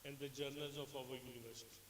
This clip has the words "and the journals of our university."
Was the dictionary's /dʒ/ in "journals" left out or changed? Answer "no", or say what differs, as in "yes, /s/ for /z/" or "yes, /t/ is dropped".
no